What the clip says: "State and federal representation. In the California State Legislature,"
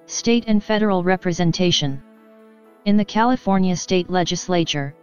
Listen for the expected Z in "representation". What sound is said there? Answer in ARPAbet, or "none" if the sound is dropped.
Z